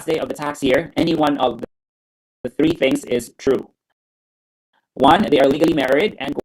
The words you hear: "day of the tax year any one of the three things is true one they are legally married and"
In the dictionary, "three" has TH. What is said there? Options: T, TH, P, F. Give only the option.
TH